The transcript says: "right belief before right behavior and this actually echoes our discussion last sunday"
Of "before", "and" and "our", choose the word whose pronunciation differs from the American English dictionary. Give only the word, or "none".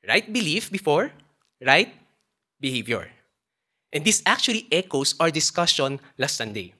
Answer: none